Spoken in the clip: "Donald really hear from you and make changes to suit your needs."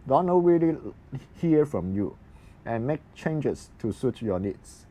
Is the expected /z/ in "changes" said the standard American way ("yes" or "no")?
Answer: no